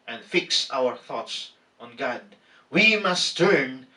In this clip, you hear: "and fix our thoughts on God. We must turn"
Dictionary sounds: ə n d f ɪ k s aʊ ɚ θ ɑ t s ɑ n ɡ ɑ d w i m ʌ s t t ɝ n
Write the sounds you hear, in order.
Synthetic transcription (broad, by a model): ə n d f ɪ k s aʊ ɚ θ ɑ t s ɑ n ɡ ɑ d w i m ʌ s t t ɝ n